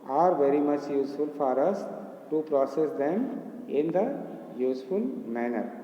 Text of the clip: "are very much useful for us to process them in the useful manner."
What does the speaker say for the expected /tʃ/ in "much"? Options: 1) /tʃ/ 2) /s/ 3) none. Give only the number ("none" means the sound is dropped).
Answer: 1